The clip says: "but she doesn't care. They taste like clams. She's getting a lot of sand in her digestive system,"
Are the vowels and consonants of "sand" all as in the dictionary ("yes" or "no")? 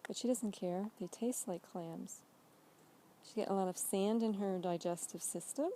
yes